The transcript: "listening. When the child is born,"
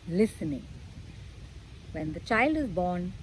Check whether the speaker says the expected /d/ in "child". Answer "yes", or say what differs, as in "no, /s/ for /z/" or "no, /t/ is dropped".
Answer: yes